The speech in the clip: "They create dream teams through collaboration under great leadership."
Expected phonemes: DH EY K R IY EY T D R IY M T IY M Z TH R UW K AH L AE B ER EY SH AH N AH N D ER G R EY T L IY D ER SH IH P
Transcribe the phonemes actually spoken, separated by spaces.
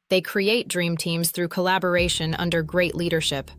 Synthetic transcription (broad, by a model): DH EY K R IY EY T D R IY M T IY M Z TH R UW K AH L AE B ER EY SH AH N AH N D ER G R EY T L IY D ER SH IH P